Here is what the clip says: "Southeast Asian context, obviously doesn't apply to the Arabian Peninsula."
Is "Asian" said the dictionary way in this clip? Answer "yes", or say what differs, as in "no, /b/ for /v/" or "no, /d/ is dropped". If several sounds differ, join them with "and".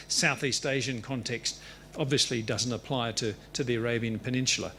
yes